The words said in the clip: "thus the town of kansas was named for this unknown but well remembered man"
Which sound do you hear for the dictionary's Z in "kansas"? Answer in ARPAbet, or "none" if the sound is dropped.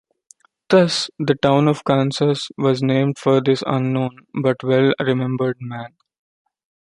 S